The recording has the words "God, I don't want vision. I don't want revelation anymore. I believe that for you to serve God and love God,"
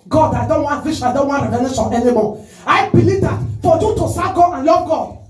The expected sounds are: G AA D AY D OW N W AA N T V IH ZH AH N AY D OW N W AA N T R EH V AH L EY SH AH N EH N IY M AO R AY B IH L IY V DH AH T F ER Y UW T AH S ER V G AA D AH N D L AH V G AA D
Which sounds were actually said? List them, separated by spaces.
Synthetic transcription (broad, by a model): G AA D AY D OW N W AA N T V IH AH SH AY D OW N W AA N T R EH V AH N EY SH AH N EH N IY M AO AY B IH L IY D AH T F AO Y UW T AH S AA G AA AH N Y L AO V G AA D